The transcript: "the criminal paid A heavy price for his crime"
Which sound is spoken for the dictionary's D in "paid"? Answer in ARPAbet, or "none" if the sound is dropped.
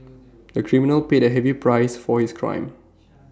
D